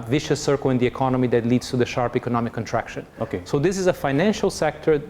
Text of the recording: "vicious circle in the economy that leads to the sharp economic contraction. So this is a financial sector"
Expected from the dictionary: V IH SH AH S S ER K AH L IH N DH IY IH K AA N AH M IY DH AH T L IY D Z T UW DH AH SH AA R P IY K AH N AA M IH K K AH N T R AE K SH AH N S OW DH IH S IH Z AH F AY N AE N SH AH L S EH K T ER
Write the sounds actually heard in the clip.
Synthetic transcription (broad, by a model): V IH SH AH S S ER K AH L IH N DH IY IH K AA N AH M IY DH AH T L IY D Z T UW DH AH SH AA R P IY K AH N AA M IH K K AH N T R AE K SH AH N S OW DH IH S IH Z AH F AY N AE N SH AH L S EH K T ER